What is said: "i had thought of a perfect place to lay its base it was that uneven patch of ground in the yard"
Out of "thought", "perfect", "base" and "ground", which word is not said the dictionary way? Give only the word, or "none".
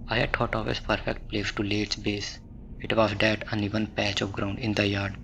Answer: thought